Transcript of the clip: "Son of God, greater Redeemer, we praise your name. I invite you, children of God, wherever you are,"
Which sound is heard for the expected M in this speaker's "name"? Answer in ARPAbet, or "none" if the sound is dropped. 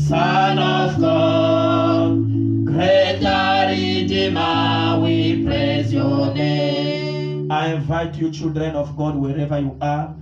none